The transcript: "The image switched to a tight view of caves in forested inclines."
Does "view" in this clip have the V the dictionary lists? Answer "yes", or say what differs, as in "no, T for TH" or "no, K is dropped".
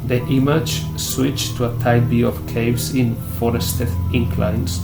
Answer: no, B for V